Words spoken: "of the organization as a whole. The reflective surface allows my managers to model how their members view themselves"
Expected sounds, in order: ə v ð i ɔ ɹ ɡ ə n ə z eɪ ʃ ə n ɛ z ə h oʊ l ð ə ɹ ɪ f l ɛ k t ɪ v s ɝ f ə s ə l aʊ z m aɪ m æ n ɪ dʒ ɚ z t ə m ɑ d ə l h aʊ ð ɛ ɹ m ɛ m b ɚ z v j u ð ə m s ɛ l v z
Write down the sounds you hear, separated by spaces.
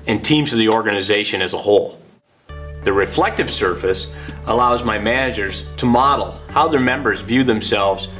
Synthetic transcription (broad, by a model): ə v ð i ɔ ɹ ɡ ə n ə z eɪ ʃ ə n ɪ z ə h oʊ l ð ə ɹ ɪ f l ɛ k t ɪ v s ɝ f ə s ə l aʊ z m aɪ m æ n ɪ dʒ ɚ z t ə m ɑ d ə l h aʊ ð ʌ ɹ m ɛ m b ɚ z v j u ð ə m s ɛ l v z